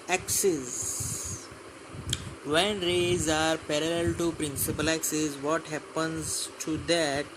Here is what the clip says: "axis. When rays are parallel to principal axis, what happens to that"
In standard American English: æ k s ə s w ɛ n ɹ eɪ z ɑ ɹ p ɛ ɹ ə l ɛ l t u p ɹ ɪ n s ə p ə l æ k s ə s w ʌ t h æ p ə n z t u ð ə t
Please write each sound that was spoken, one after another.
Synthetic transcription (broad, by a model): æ k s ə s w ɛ n ɹ eɪ z ɑ ɹ p ɛ ɹ ə l ɛ l t u p ɹ ɪ n s ə p ə l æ k s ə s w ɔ t h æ p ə n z t u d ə t